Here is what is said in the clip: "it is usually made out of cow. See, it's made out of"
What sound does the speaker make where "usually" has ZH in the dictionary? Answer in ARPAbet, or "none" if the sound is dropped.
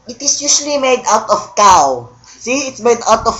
S